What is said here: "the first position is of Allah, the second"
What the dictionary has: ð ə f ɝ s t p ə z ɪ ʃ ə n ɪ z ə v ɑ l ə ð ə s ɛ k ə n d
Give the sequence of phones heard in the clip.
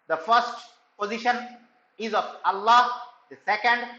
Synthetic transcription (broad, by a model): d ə f ɝ s t p ə z ɪ ʃ ə n ɪ z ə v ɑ l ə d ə s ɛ k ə n d